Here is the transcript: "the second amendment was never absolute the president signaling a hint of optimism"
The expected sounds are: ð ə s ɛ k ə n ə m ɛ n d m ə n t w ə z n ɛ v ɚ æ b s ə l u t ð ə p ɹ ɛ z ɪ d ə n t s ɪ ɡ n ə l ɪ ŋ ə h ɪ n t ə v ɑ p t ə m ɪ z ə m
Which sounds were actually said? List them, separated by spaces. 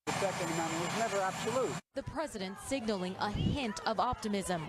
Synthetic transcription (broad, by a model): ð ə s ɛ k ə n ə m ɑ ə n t w ə z n ɛ v ɚ æ b s ə l u t ð ə p ɹ ɛ z ɪ d ə n t s ɪ ɡ n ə l ɪ ŋ ə h ɪ n t ə v ɑ p t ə m ɪ z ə m